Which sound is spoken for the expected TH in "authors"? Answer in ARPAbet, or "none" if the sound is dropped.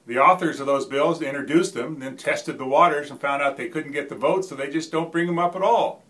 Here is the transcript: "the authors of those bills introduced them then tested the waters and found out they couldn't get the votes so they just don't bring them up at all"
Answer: TH